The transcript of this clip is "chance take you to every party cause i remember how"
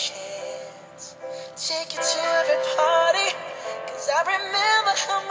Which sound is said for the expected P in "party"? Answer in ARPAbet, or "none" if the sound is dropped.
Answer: P